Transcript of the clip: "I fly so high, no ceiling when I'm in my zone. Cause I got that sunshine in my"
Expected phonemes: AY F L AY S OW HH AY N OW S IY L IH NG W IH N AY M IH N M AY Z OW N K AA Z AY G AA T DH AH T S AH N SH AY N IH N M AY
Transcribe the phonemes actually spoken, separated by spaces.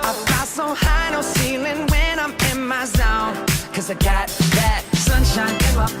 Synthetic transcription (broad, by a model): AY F AY S OW HH AY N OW S IY L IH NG W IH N AY M IH N M AY Z OW N K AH Z AY G AA T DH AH T S AH N SH AY N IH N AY